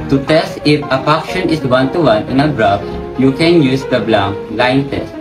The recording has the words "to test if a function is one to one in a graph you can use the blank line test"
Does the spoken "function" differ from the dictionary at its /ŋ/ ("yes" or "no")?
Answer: yes